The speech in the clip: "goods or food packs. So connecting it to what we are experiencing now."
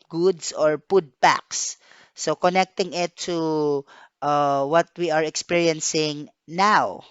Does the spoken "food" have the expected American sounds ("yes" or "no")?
no